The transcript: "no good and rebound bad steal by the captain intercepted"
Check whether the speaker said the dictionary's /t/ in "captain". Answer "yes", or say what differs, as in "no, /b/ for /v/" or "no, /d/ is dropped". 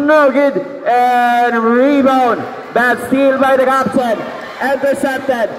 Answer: no, /s/ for /t/